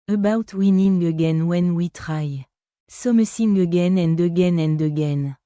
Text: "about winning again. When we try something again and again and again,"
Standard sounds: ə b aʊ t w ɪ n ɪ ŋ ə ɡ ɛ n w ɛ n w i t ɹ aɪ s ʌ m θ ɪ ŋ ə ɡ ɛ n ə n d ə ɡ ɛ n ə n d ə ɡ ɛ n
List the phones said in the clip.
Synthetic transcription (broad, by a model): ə b aʊ t w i n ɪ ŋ ə ɡ ɛ n w ɛ n w i t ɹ aɪ s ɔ m s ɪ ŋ ə ɡ ɛ n ə n d ə ɡ ɛ n ə n d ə ɡ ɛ n